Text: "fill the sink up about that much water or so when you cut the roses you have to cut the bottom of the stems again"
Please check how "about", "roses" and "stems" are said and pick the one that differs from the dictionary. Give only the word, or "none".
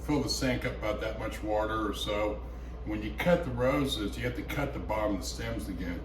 none